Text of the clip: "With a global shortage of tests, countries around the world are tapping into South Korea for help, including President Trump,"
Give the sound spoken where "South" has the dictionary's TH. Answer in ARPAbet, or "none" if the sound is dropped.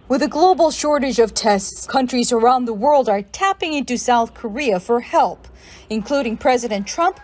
TH